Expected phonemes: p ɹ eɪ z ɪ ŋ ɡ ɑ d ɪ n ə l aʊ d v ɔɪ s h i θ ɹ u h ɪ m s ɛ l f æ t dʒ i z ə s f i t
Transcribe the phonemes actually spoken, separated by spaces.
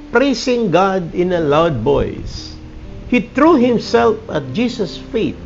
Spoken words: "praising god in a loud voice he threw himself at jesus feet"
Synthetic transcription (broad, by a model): p ɹ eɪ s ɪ ŋ ɡ ɑ d ɪ n ə l aʊ d b ɔɪ s h i t ɹ u h ɪ m s ɛ l f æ t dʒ i s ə s f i t